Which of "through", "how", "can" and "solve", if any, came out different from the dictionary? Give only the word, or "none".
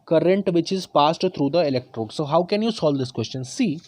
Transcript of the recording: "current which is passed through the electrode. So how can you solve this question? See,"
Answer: through